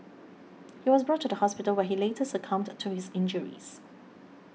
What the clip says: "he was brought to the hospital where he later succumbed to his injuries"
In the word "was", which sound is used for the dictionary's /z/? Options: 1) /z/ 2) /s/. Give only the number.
1